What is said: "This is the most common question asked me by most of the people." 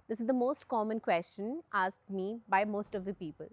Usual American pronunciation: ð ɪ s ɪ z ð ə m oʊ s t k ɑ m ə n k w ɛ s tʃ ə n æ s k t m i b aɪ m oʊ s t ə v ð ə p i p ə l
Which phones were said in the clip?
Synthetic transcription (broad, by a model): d ɪ s ɪ z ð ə m oʊ s t k ɑ m ə n k w ɛ s tʃ ə n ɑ s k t m i b aɪ m oʊ s t ə v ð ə p i p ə l